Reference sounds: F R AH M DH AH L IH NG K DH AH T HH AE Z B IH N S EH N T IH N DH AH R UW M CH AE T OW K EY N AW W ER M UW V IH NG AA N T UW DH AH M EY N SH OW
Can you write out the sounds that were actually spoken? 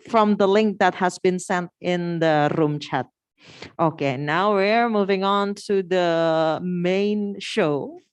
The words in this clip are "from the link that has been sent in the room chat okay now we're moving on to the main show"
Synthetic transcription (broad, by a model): F R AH M DH AH L IH NG K DH AH T HH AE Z B IH N S EH N T IH N DH AH R UW M CH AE T OW K EY N AW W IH M UW V IH NG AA N T UW DH AH M EY N SH OW